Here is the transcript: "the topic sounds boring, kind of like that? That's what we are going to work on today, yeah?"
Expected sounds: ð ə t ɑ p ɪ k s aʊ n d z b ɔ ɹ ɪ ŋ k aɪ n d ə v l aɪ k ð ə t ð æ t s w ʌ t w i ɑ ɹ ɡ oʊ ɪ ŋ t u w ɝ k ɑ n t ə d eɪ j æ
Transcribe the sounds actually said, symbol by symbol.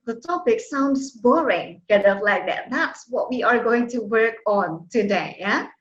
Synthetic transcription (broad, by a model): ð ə t ɑ p ɪ k s aʊ n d s b ɔ ɹ ɪ ŋ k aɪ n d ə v l aɪ k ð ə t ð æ t s w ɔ t w i ɑ ɹ ɡ oʊ ɪ ŋ t u w ɝ k ɑ n t ə d eɪ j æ